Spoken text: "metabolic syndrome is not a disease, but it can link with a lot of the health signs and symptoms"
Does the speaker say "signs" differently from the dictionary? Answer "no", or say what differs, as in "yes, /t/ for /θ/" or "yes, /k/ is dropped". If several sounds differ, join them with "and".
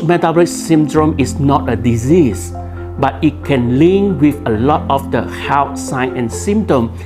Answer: yes, /z/ is dropped